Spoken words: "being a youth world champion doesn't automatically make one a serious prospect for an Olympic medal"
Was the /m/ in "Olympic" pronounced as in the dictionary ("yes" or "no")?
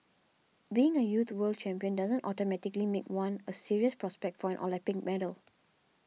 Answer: no